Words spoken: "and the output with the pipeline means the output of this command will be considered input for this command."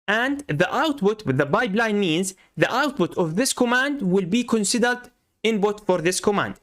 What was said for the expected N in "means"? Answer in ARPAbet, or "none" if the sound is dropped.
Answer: N